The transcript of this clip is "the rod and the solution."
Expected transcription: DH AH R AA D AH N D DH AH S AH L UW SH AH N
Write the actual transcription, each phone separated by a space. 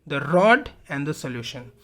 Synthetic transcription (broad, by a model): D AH R AA D AH N D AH S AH L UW SH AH N